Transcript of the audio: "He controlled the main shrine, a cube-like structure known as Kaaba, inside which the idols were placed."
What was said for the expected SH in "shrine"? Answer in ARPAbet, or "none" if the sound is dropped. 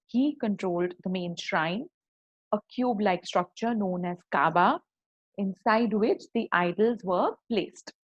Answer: SH